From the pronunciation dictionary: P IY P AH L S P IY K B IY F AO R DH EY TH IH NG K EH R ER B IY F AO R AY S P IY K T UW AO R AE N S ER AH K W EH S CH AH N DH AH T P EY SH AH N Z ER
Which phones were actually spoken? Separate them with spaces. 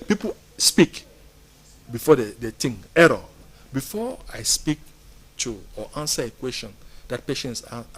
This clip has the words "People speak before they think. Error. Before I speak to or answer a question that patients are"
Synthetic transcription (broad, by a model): P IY P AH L S P IY K B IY F AO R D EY T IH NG EH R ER B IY F AO AY S P IY K T UW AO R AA N S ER AH K W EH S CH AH N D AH T P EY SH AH N S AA